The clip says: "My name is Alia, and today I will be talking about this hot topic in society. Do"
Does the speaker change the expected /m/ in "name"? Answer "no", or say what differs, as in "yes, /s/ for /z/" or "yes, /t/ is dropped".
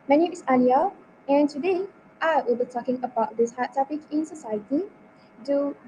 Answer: yes, /m/ is dropped